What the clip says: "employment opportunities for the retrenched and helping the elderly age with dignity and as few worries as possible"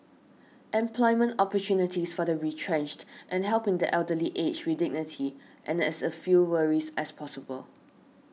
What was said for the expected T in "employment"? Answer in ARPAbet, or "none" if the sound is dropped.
T